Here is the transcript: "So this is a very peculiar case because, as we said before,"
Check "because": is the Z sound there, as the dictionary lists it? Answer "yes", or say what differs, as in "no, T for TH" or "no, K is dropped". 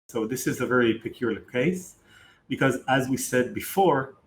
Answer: yes